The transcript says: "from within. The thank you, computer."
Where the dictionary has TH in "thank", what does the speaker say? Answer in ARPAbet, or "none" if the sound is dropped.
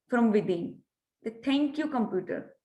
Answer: T